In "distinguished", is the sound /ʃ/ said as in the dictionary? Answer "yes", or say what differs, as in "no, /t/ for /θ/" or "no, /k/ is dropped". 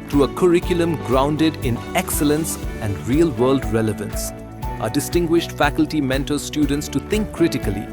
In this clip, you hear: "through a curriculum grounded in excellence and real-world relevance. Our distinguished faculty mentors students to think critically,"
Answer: yes